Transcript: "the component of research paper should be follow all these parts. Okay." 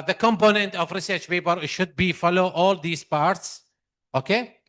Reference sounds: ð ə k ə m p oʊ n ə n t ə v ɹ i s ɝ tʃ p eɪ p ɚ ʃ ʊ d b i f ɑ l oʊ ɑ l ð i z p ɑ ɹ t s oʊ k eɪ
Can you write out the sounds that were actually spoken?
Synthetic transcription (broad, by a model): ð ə k ə m p oʊ n ə n t ə v ɹ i s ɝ tʃ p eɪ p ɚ ʃ ʊ d b i f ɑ l oʊ ɑ l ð i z p ɑ ɹ t s oʊ k eɪ